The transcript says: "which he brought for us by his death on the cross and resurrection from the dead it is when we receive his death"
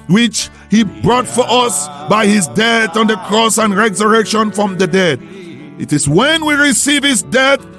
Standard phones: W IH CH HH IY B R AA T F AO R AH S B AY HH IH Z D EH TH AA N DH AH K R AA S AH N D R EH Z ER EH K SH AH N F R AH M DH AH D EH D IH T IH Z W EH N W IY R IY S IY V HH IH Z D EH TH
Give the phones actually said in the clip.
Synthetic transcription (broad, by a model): W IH CH HH IY B R AA T F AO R AH S B AY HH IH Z D EH TH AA N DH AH K R AA S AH N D R EH Z ER EH K SH AH N F R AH M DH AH D EH D IH T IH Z W EH N W IY R IY S IY V HH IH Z D EH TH